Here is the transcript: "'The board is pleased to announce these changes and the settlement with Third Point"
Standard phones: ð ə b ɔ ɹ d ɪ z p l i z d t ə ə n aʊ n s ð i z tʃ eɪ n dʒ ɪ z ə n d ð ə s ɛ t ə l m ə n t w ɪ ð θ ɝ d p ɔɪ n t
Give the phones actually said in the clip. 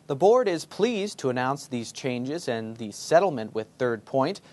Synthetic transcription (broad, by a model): ð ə b ɔ ɹ d ɪ z p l i z t ə ə n aʊ n s ð i z tʃ eɪ n dʒ ɪ z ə n ð ə s ɛ t l m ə n t w ɪ ð θ ɝ d p ɔɪ n t